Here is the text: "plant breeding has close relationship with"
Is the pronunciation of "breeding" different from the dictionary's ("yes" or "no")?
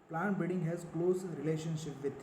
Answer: yes